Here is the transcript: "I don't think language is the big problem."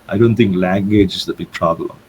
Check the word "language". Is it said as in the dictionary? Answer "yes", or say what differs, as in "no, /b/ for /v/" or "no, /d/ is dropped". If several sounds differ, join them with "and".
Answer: yes